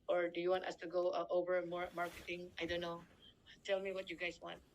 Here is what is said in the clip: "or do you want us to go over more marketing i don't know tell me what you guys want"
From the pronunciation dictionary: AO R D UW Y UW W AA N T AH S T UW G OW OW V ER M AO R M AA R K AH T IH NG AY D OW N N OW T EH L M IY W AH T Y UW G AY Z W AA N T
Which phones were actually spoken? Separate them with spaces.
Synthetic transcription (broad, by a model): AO R D UW Y UW W AA N T AH S T UW G OW OW V ER M AO R M AA R K AH T IH NG AY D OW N N OW T EH L M IY W AH T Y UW G AY S W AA N T